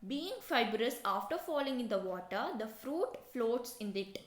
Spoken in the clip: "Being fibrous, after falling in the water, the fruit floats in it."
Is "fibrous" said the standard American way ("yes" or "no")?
yes